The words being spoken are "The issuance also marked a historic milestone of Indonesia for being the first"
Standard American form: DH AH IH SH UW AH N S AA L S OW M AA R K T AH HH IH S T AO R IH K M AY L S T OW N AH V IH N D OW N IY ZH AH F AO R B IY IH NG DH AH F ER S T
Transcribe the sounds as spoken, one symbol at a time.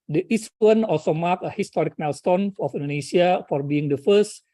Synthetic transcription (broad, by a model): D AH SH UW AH N AA L S OW M AA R K AH HH IH S T AO R IH K M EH L S T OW N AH F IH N D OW N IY S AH F AO R B IY IH NG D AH F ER S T